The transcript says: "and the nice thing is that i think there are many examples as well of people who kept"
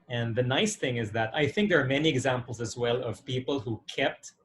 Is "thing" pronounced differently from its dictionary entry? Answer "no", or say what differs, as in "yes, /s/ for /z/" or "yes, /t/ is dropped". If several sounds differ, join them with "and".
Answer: no